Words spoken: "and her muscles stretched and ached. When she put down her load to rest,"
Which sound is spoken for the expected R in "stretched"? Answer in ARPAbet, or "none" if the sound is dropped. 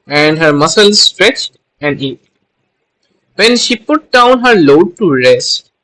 R